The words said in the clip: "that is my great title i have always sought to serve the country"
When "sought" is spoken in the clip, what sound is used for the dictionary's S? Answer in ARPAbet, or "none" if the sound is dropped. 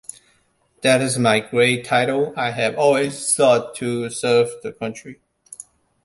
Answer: TH